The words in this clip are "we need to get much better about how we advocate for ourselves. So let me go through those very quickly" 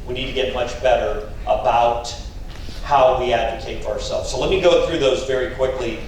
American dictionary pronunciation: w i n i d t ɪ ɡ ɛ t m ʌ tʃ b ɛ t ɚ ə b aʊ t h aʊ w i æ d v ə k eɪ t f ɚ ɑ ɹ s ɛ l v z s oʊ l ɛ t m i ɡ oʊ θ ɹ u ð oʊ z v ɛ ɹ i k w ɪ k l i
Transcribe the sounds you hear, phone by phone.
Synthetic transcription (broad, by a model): w i n i d t ɪ ɡ ɛ t m ʌ tʃ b ɛ t ɚ ə b aʊ t h aʊ w i æ d v ə k eɪ t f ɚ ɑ ɹ s ɛ l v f s oʊ l ɛ t m i ɡ oʊ θ ɹ u ð oʊ z v ɛ ɹ i k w ɪ k l i